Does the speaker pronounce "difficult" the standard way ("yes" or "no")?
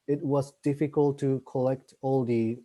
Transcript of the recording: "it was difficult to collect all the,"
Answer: yes